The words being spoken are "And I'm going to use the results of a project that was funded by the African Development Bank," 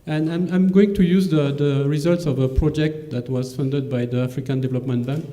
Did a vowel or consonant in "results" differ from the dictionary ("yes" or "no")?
no